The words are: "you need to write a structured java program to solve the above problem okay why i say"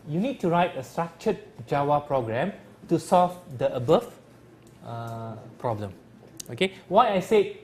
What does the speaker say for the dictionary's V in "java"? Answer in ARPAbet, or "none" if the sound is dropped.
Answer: W